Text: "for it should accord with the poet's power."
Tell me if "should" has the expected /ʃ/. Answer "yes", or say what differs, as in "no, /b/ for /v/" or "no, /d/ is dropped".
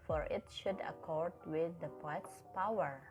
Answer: yes